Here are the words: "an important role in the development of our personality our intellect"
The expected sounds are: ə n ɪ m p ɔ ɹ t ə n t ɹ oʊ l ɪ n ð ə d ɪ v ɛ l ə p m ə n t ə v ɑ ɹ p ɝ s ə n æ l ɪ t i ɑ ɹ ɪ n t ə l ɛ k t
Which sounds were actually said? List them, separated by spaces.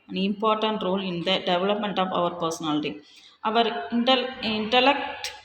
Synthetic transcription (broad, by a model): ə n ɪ m p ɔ ɹ t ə n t ɹ oʊ l ɪ n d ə d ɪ v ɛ l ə p m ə n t ə v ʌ ɹ p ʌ s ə n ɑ l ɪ t i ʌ ɹ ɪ n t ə l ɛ k t